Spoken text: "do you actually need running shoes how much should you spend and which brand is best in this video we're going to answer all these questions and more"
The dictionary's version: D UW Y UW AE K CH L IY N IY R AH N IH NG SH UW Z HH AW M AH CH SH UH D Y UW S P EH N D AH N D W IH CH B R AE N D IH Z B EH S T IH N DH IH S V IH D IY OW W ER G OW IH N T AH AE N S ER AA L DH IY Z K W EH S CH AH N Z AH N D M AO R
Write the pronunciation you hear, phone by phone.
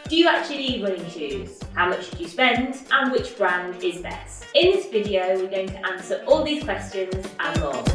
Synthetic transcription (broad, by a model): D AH Y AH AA K CH IY L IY W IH L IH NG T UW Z HH AW M AH CH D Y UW S P EH N D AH N W IH CH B R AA N D IH Z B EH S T IH N DH IH S V IH D IY OW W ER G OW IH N T AH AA N S ER AA L DH IY Z K W EH S CH AH N Z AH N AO